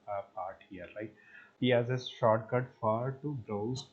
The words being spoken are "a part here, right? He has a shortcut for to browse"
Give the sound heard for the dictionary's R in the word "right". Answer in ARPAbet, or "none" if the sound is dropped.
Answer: L